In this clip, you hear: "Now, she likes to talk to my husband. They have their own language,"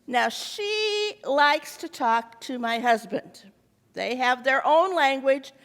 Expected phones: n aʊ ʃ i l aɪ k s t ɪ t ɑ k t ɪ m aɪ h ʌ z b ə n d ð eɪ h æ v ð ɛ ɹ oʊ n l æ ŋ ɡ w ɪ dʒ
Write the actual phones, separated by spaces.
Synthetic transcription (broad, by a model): n aʊ ʃ i l aɪ k s t ɪ t ɑ k t ɪ m aɪ h ʌ z b ə n d ð eɪ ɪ v ð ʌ ɹ oʊ n l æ ŋ ɡ w ɪ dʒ